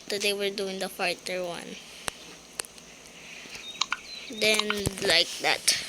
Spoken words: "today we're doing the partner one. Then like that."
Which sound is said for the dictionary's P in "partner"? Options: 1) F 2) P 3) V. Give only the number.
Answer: 1